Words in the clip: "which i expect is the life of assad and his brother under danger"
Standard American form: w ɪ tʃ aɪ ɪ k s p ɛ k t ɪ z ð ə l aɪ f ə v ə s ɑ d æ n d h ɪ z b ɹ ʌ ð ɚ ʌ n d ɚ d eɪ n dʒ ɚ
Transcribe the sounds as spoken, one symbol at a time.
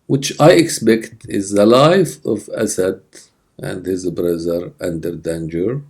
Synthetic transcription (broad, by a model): w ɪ tʃ aɪ ɪ k s p ɛ k t ɪ z ð ə l aɪ f ə v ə s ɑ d æ n d h ɪ z b ɹ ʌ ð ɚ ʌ n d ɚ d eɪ n dʒ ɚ